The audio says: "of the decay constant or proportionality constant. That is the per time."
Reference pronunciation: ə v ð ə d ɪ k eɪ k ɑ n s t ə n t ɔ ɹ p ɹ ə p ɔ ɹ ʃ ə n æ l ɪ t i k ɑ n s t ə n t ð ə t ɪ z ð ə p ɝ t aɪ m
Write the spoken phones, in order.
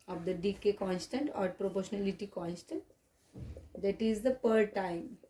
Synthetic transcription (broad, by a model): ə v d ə d ɪ k eɪ k ɑ n s t ə n t ɔ ɹ p ɹ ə p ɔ ɹ ʃ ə n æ l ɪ t i k ɑ n s t ə n t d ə t ɪ z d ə p ɝ t aɪ m